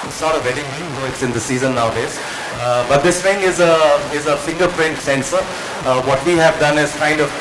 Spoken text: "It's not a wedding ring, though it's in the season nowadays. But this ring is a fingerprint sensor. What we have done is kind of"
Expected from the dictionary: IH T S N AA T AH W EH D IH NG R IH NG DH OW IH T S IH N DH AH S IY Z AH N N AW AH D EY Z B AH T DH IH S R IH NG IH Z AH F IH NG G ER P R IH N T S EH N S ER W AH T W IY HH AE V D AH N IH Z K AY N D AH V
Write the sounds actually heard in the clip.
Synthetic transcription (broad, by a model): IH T S N AA T AH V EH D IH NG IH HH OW IH T S IH N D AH S IY Z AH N N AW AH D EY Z B AH T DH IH S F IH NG IH Z AH F IH NG G ER P R IH N T S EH N S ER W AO T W IY HH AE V D AH N IH Z K AY N D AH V